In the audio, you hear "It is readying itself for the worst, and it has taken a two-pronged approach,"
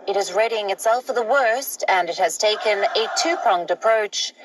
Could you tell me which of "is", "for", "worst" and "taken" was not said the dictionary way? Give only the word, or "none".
none